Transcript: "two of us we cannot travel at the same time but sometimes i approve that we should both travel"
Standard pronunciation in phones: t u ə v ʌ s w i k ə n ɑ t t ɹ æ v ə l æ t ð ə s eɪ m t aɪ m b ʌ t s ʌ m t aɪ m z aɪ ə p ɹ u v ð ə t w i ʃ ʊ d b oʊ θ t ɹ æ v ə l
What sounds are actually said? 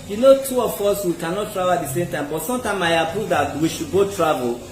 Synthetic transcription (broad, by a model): t u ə f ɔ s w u k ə n ɑ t t ɹ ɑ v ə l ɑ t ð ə s eɪ m t aɪ m b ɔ t s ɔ m t aɪ m aɪ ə p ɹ u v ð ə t w i ʃ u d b oʊ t ɹ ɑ v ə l